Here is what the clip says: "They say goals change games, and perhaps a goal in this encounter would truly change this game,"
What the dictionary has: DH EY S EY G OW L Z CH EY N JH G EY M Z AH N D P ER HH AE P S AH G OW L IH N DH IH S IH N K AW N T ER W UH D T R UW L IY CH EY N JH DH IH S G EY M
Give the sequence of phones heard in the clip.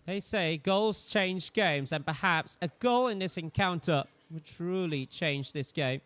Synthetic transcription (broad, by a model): DH EY S EY G OW L Z CH EY N JH G EY M Z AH N P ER HH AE P S AH G OW L IH N DH IH S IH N K AW N T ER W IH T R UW L IY CH EY N JH DH IH S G EY M